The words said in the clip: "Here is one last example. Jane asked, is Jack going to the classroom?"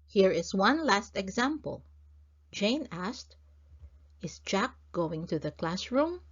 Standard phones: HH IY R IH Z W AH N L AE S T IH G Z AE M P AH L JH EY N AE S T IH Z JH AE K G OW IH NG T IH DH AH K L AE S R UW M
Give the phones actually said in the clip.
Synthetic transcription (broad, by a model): HH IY R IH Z W AH N L AE S T IH G Z AE M P AH L JH EY N AE S T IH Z JH AE K G OW IH NG T IH DH AH K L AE S R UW M